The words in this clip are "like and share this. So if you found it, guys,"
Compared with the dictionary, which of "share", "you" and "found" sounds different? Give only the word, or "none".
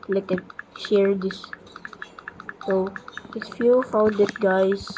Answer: found